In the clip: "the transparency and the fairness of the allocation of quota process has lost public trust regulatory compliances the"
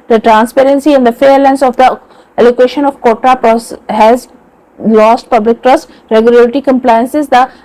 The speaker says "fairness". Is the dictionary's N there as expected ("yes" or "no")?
no